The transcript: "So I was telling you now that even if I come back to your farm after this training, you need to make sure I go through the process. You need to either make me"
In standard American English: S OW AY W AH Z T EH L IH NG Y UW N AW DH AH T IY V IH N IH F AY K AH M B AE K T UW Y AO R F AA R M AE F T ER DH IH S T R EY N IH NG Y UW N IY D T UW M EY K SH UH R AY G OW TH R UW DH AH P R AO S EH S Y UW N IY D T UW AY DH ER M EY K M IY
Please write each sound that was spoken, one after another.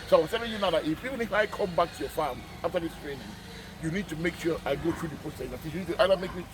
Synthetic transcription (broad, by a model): S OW AY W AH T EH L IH Y UW N AW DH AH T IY F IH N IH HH AY K AH M B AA K T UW Y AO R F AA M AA F T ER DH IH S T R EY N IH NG Y UW N IY D T UW M EY K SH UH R AY G OW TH R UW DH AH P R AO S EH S Y UW N IY D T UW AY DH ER M EY K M IY